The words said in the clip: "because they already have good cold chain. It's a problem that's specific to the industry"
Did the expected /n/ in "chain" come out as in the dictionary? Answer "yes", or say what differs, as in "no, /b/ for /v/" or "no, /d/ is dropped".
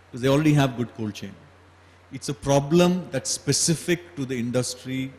yes